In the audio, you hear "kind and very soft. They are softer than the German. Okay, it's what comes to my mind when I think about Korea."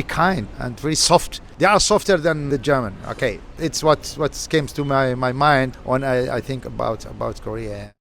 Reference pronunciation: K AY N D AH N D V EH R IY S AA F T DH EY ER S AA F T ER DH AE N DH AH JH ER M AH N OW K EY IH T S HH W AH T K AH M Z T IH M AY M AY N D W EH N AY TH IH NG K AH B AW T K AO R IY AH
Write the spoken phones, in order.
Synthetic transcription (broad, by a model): K AY N D AH N D V EH R IY S AA F T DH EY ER S AA F T ER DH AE N DH AH JH ER M AH N OW K EY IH T S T W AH T K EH M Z T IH M AY M AY N D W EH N AY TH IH NG K AH B AW T K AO R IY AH